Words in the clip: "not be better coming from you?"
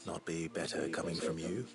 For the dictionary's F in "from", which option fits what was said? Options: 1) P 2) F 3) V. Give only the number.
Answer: 2